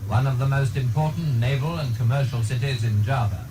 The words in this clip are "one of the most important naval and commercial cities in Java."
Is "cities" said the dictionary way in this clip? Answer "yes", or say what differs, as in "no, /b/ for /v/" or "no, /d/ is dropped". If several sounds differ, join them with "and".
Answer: yes